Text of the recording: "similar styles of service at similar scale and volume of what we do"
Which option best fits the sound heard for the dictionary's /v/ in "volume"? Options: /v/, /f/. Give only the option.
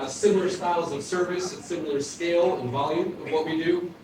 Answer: /v/